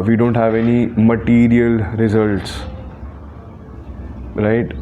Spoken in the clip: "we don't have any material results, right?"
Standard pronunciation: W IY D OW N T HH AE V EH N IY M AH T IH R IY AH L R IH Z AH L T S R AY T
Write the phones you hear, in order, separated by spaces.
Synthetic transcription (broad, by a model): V IY D OW N T HH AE V EH N IY M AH T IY R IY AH L R IH Z AH L T S R AY T